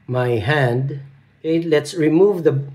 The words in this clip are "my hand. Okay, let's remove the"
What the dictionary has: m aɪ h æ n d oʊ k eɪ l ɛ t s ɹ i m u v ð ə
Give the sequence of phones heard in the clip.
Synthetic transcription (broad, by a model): m aɪ h æ n d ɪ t l ɛ t s ɹ i m u v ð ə